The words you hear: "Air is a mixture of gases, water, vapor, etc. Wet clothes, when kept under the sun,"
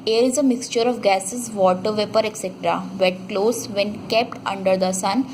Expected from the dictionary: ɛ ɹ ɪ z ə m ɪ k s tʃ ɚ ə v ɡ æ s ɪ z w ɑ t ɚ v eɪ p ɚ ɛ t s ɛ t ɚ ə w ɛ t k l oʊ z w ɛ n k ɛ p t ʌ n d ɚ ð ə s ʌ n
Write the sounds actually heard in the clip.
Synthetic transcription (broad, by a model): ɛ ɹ ɪ z ə m ɪ k s tʃ ɚ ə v ɡ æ s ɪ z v ɑ t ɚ v eɪ p ɚ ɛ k s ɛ t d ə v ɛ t k l oʊ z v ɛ n k ɛ p t ʌ n d ɚ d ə s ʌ n